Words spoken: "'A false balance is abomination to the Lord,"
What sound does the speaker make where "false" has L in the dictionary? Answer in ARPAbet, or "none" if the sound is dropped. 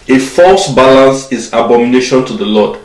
L